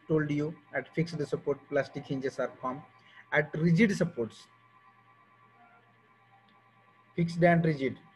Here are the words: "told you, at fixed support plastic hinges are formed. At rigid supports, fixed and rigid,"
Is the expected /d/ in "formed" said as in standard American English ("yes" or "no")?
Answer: no